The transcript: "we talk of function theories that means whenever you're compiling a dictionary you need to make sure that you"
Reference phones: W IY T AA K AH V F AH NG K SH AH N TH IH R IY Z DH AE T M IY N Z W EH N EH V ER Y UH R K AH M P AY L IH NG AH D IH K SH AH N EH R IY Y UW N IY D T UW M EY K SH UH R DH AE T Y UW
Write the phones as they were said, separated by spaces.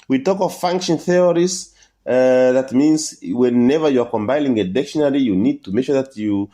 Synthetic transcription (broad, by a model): W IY T AA K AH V F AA NG K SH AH N TH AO R IY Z DH AE T M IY N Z W EH N EH V ER Y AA R K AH M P AY N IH NG AH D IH K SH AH N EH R IY Y UW N IY D T UW M EY K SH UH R DH AE T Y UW